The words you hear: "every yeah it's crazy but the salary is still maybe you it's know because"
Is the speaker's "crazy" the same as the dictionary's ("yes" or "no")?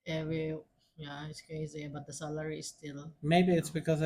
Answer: yes